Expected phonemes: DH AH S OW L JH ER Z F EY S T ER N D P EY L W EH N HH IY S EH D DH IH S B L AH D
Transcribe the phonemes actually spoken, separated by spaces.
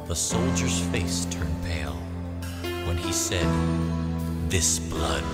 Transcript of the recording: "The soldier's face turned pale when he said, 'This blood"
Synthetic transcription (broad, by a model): DH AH S OW L JH ER Z F EY S T ER N P EY L W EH N IY S EH D DH IH S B L AH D